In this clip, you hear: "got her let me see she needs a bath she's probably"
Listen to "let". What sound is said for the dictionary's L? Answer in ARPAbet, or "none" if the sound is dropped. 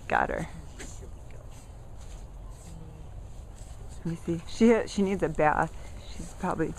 W